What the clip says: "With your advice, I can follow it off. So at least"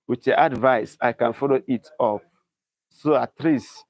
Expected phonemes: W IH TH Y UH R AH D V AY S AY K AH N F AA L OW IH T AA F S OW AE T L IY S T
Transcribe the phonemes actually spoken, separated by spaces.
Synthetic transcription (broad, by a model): W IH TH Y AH AH D V AY S AY K AH N F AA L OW IH T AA P S OW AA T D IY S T